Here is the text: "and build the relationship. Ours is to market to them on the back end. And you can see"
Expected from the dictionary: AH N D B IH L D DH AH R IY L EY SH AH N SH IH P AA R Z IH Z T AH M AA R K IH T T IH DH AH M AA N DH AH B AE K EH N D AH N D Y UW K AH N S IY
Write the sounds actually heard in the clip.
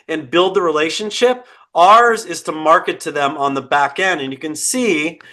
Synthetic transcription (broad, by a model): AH N B IH L D DH AH R IY L EY SH AH N SH IH P AA R Z IH Z T AH M AA R K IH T T IH DH AH M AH N DH AH B AE K EH N D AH N Y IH K AH N S IY